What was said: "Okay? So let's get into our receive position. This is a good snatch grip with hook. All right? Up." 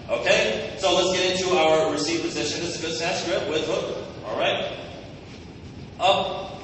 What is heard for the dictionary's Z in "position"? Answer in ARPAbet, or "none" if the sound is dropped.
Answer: Z